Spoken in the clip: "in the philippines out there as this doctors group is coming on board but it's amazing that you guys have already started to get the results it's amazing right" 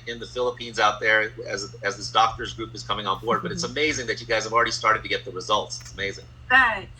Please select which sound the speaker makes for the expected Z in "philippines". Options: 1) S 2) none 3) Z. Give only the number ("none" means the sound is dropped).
3